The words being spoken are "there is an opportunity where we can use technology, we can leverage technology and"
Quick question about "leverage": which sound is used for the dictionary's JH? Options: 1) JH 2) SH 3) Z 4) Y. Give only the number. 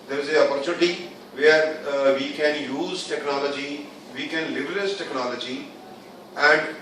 3